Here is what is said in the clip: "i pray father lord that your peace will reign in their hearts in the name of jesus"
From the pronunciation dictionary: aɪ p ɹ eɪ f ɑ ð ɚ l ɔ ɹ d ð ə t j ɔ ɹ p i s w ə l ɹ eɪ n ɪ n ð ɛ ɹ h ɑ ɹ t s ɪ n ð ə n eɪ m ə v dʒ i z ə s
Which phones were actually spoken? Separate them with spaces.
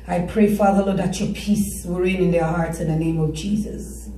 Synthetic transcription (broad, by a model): aɪ p ɹ eɪ f ɑ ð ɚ l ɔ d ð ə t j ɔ p i s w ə ɹ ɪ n ɪ n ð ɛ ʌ h ɑ ɹ t s ɪ n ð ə n eɪ m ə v dʒ i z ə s